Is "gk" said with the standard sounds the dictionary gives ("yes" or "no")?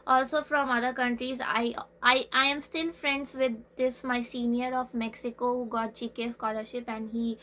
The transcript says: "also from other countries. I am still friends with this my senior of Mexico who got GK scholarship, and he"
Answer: no